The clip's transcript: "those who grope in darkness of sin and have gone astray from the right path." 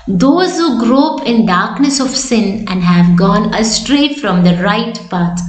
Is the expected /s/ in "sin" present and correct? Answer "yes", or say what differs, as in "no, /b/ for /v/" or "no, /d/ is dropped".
yes